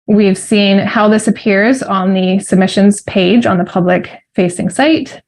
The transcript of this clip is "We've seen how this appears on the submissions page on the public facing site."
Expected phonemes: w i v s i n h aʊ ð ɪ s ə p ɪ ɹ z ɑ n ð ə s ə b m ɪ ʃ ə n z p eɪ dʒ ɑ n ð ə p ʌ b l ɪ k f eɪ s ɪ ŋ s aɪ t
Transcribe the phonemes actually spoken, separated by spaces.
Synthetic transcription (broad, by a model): w i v s i n h aʊ ð ɪ s ə p ɪ ɹ z n ð ə s ə b m ɪ ʃ ə n z p eɪ dʒ n ð ə p ʌ b l ɪ k f eɪ s ɪ ŋ s aɪ t